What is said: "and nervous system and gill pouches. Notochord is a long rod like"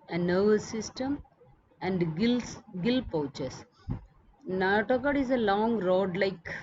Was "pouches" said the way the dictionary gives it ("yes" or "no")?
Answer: no